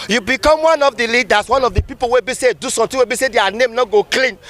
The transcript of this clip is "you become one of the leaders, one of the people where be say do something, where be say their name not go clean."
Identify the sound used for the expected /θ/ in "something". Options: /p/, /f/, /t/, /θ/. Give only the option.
/t/